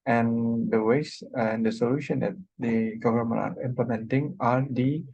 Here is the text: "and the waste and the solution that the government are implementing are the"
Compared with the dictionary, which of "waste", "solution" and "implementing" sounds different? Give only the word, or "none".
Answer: waste